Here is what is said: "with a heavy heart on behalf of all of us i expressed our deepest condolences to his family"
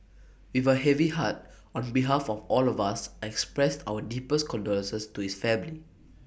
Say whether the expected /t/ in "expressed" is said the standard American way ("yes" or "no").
yes